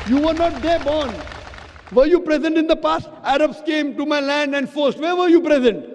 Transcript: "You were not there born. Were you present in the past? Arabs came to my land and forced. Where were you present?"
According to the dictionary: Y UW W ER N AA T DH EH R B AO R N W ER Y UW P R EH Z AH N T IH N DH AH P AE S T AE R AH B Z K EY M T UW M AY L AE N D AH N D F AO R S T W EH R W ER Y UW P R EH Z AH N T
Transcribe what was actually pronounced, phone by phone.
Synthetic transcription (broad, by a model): Y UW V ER N AA T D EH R B AO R N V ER Y UW P R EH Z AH N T IH N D AH P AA S T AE R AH B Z K EY M T UW M AY L AE N D AH N D F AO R S T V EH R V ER Y UW P R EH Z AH N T